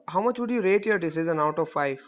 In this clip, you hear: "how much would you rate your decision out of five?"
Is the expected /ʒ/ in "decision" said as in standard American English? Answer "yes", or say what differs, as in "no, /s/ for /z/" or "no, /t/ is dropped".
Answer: no, /z/ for /ʒ/